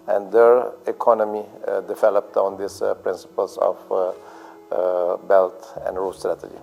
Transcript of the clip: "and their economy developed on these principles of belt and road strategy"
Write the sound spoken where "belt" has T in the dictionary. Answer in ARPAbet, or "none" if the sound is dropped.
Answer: T